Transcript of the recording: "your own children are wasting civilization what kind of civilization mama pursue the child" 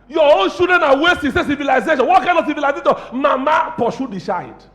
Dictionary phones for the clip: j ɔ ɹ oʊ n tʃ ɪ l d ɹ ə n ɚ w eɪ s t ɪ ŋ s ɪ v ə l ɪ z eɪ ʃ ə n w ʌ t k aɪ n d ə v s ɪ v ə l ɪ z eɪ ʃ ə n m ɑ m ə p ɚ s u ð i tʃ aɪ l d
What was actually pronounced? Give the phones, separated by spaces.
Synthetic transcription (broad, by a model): j ɔ oʊ n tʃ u d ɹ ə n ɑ w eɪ s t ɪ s s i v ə l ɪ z eɪ ʃ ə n w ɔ t k aɪ n d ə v s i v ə l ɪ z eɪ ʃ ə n m ɑ m ə p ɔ ʃ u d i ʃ aɪ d